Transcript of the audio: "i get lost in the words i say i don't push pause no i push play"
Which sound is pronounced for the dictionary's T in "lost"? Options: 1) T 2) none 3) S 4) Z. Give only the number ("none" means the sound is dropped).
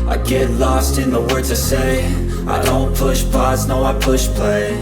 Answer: 1